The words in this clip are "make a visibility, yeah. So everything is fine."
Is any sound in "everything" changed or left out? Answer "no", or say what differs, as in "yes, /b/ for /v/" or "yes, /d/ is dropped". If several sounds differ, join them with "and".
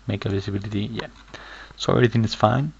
yes, /v/ is dropped